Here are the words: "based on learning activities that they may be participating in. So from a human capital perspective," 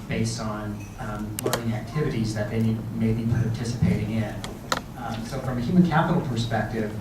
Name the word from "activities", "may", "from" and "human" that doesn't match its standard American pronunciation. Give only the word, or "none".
none